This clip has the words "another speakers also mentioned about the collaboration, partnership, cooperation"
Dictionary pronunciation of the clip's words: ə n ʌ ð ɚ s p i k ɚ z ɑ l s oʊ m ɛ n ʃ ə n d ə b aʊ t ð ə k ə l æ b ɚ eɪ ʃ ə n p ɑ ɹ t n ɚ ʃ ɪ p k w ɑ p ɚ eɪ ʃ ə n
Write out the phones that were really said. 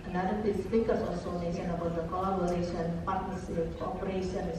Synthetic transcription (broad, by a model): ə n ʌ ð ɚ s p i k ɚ s ɑ l s oʊ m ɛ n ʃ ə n ə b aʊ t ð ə k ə l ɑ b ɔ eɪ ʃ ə n p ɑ ɹ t n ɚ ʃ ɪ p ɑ p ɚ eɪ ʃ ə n